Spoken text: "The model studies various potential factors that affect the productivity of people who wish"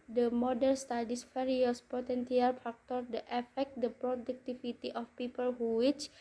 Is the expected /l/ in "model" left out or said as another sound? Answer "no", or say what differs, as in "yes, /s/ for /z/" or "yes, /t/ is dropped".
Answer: yes, /n/ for /l/